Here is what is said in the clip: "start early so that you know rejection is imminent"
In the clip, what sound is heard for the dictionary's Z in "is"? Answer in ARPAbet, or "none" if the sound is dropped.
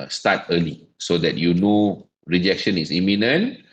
S